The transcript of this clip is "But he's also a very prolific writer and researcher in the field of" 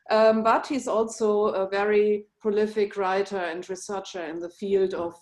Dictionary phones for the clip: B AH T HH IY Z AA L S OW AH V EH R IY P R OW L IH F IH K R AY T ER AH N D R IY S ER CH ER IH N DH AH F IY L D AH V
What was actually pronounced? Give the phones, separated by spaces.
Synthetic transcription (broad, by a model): B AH T HH IY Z AA L S OW AH V EH R IY P R OW L IH F IH K R AY T ER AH N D R IY S ER CH ER IH N DH AH F IY L D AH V